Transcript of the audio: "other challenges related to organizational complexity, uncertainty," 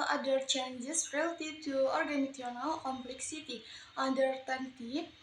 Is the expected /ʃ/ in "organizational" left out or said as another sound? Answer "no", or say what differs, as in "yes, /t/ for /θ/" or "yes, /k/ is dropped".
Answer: yes, /ʃ/ is dropped